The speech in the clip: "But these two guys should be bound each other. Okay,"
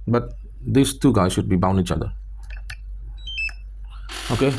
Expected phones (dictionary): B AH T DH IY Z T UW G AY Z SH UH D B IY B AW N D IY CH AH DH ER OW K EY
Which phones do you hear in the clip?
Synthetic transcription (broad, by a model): B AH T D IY S T UW G AY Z SH UH D B IY B AW N IY CH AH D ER OW K EY